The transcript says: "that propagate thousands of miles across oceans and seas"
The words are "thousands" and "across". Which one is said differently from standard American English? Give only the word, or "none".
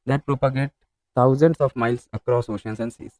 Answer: thousands